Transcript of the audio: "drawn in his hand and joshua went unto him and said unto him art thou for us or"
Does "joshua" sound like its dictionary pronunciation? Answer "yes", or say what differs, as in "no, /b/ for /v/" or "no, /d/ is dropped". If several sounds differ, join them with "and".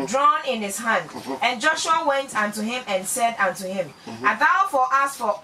yes